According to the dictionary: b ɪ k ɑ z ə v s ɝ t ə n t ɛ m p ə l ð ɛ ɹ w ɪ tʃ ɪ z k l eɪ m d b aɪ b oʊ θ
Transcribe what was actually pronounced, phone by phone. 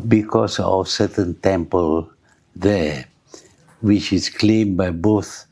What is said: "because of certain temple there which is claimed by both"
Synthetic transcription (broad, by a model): b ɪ k ɑ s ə f s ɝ t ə n t ɛ m p ə l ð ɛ w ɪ tʃ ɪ s k l eɪ m b aɪ b oʊ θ